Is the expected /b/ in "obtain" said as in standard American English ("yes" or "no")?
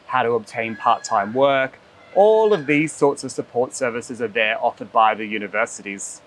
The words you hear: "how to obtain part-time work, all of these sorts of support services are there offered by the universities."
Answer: yes